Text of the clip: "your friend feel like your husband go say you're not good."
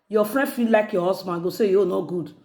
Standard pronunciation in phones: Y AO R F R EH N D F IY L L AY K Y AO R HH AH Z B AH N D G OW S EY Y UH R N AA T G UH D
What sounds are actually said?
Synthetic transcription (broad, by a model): Y AO F R EH N D F IY L L AY K Y AO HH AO S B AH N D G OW S EY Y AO N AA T G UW D